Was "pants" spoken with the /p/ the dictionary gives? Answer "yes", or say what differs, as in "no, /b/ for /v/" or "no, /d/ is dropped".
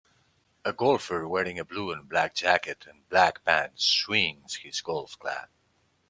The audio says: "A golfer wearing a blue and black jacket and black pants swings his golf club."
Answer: no, /b/ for /p/